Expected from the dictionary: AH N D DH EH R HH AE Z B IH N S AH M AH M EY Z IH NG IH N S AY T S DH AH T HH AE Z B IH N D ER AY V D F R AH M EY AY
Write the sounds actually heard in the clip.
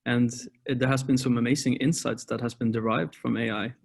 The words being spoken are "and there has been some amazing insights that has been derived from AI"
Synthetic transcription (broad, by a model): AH N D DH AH R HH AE Z B IH N S AH M AH M EY Z IH NG IH N S AY T S DH AH T HH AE Z B IH N D ER AY V D F R AH M EY AY